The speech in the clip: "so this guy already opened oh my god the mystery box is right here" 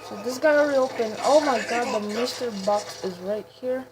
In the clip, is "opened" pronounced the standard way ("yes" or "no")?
no